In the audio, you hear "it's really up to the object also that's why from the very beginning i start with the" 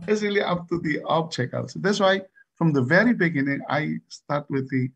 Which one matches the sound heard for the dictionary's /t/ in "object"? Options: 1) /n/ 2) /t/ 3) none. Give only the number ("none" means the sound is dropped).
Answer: 3